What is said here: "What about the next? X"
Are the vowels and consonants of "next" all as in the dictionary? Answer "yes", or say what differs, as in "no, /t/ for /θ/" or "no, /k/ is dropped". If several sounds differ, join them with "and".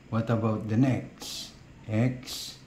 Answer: yes